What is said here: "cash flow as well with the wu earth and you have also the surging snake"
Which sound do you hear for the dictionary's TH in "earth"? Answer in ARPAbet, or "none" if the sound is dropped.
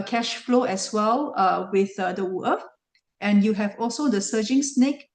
F